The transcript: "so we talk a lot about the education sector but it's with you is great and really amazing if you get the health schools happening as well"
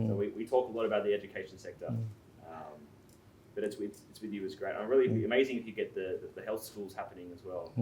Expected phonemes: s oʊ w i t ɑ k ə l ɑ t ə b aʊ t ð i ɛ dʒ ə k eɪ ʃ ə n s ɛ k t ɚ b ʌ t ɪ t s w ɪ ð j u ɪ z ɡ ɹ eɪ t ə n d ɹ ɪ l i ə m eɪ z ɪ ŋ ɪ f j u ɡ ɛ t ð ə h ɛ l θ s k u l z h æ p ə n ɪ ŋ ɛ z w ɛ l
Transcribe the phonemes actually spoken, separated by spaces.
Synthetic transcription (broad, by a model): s oʊ w i t ɑ k ə l ɑ t ə b aʊ t ð i ɛ dʒ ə k eɪ ʃ n s ɛ k t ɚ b ʌ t ɪ t s w ɪ ð j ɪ ɪ z ɡ ɹ eɪ t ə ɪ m ɹ ɪ l i ə m eɪ z ɪ ŋ ɪ f j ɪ ɡ ɛ t ð ə h ɛ l θ s k u l z h æ p ə n ɪ ŋ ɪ z w ɛ l